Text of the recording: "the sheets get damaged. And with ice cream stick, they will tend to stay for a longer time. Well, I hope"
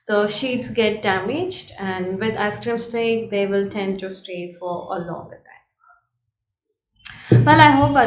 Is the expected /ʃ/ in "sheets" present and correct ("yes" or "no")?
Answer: yes